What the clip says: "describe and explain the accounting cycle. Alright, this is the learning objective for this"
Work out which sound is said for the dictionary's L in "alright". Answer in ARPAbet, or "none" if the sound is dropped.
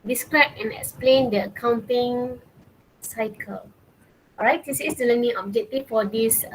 none